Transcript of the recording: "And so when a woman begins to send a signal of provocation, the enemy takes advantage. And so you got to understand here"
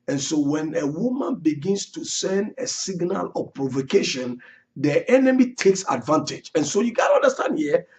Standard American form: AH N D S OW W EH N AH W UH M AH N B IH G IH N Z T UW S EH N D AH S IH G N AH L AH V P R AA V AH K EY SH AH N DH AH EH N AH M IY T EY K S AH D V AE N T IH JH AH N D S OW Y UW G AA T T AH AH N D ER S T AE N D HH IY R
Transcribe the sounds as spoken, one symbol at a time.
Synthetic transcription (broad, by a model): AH N S OW W EH N AH W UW M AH N B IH G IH N S T UW S EH N D AH S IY G N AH L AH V P R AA V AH K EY SH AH N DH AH EH N AH M IY T EY K S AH D V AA N T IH JH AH N S OW Y UW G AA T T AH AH N D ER S T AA N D HH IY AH